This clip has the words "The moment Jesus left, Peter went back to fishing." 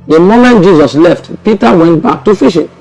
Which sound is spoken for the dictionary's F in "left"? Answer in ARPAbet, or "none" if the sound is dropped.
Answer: F